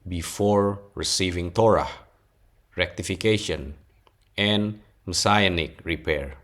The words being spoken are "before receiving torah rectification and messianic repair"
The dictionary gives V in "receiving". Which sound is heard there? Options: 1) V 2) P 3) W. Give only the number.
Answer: 1